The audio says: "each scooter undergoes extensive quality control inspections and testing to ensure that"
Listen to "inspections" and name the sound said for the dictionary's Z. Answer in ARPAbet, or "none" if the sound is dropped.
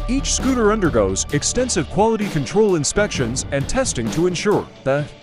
Z